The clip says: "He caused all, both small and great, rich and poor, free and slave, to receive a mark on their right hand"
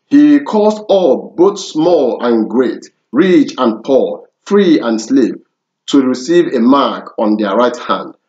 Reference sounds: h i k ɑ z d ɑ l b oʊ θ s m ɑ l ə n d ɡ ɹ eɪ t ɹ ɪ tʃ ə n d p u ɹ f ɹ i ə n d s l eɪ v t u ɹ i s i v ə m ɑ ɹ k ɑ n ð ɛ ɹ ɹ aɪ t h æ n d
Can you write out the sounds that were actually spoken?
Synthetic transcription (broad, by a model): h i k ɑ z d ɑ l b oʊ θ s m ɑ l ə n ɡ ɹ eɪ t ɹ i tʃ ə n p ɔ f ɹ i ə n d s l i p t u ɹ i s i v ə m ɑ k ɑ n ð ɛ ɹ ɹ aɪ t h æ n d